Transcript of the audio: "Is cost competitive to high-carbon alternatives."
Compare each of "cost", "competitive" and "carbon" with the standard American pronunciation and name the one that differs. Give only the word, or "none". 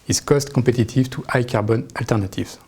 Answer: competitive